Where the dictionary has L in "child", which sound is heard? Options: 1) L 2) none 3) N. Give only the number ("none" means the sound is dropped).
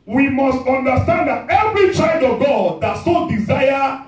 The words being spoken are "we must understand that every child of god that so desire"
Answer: 2